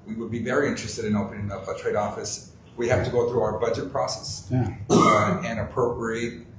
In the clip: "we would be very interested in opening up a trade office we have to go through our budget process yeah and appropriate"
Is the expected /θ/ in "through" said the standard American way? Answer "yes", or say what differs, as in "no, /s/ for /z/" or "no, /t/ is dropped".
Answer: yes